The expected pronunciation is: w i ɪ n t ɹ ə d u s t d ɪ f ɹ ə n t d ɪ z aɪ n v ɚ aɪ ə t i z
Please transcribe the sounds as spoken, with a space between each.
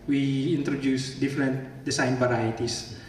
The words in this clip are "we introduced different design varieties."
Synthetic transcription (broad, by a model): w i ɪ n t ɹ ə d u s d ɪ f ɹ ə n t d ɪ s aɪ n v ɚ aɪ t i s